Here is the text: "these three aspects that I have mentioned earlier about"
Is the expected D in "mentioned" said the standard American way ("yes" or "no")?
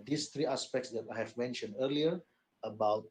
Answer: yes